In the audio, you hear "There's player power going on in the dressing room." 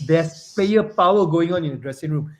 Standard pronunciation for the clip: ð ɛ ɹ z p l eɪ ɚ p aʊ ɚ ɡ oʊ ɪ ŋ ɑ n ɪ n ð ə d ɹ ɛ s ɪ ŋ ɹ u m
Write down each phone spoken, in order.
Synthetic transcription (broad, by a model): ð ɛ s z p eɪ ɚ p aʊ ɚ ɡ oʊ ɪ ŋ ɑ n ɪ n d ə d ɹ ɛ s ɪ ŋ ɹ u m